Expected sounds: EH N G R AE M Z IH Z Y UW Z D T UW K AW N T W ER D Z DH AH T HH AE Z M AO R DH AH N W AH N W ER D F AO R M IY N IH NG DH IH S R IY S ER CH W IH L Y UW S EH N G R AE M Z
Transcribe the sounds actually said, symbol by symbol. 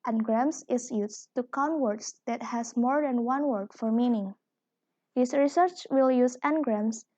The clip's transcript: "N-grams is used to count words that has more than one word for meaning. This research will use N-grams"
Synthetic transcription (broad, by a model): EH N G R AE M S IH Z Y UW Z T UW K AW N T W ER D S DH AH T HH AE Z M AO R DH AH N W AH N W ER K F AO R M IY N IH NG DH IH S R IY S ER CH W IH L Y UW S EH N G R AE M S